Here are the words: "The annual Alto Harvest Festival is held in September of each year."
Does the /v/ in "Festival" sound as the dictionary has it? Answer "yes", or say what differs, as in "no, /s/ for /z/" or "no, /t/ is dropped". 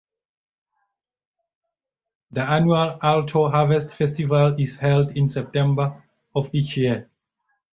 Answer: yes